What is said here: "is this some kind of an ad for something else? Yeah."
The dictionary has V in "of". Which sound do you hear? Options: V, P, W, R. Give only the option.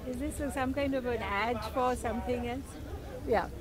V